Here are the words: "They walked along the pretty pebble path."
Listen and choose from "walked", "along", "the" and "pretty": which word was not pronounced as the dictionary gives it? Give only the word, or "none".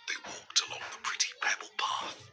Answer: none